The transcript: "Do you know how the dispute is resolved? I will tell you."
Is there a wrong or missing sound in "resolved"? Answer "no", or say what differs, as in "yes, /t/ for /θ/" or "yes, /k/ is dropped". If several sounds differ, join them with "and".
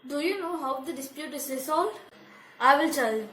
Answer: yes, /l/ is dropped